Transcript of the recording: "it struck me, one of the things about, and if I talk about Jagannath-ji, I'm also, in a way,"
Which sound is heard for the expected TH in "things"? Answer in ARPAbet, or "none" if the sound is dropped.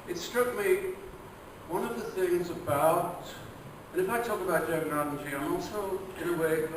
TH